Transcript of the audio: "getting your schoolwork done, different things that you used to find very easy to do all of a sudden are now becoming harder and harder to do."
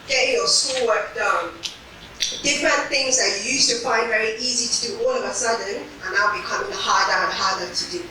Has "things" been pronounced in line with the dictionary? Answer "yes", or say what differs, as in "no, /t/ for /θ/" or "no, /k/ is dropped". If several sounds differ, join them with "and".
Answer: yes